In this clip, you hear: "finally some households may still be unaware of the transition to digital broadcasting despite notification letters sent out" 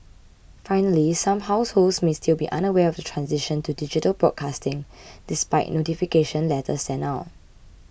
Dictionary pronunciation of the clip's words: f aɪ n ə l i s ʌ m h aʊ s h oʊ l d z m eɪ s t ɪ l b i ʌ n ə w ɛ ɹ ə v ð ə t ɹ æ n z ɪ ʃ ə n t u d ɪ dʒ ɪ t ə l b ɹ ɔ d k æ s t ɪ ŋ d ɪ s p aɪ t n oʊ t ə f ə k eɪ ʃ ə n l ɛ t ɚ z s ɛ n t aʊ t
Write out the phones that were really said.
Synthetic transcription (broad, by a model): f aɪ n ə l i s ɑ m h aʊ s h oʊ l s m eɪ s t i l b i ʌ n ə w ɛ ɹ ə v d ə t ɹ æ n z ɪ ʃ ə n t u d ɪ dʒ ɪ t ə l b ɹ ɔ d k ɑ s t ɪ ŋ d ɪ s p aɪ t n oʊ t ə f ə k eɪ ʃ ə n l ɛ t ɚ s ɛ n aʊ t